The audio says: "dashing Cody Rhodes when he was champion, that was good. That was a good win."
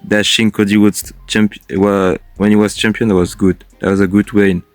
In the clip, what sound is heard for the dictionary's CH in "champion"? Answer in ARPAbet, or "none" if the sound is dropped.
CH